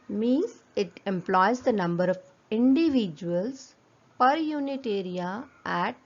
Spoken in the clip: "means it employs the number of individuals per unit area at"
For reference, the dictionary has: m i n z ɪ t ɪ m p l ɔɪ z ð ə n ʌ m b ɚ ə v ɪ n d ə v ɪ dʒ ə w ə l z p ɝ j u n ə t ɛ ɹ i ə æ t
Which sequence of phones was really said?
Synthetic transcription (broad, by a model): m i n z ɪ t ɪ m p l ɔɪ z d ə n ʌ m b ɚ ə v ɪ n d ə v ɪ dʒ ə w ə l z p ɝ j u n ə t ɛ ɹ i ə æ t